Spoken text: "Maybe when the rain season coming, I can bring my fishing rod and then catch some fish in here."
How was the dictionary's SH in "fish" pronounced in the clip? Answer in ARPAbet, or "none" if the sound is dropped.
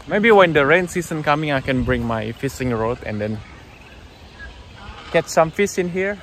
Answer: S